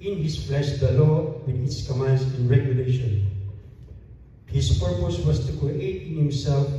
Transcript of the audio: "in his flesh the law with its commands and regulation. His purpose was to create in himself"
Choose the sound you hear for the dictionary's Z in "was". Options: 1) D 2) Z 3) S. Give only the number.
3